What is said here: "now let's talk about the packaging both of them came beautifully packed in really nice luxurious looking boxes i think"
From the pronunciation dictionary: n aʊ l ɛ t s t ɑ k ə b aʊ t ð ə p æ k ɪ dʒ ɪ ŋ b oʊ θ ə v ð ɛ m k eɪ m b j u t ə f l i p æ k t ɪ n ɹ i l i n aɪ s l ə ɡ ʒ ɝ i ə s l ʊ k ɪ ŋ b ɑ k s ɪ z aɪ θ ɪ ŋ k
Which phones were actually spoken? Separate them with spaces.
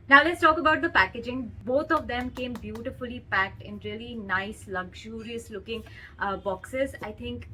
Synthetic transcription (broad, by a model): n aʊ l ɛ t s t ɑ k ə b aʊ t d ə p æ k ɪ dʒ ɪ ŋ b oʊ t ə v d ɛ m k eɪ m b j u t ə f l i p æ k t ɪ n ɹ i l i n aɪ s l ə ɡ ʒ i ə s l ʊ k ɪ ŋ b ɑ k s ɪ z aɪ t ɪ ŋ k